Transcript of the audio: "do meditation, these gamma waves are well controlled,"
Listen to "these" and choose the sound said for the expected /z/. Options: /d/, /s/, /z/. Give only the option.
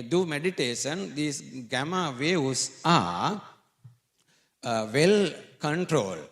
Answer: /s/